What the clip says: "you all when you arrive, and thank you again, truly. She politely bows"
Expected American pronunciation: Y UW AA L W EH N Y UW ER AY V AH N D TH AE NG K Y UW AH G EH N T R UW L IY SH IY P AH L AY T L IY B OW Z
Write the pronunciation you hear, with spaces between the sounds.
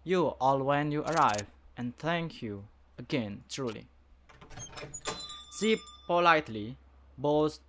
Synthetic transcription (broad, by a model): Y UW AA L W EH N Y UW ER AY V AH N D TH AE NG K Y UW AH G EH N T R UW L IY S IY P AH L AY T L IY B OW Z